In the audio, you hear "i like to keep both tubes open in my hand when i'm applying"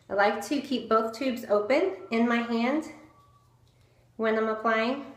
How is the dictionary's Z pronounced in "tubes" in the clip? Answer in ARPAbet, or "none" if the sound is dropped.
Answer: Z